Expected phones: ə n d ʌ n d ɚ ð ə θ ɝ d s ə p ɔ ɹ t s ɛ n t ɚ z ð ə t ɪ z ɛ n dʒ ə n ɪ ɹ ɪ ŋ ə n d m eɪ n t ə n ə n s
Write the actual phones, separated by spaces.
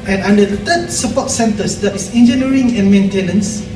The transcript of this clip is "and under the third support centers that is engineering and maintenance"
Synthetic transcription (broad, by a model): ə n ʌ n d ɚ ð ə t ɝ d s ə p ɔ t s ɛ n t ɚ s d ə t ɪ s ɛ n dʒ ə n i ɹ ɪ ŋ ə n m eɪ n t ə n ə n s